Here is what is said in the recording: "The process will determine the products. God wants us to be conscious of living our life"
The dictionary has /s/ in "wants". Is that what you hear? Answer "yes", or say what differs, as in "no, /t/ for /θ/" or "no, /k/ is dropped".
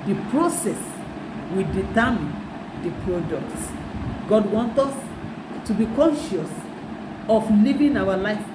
no, /s/ is dropped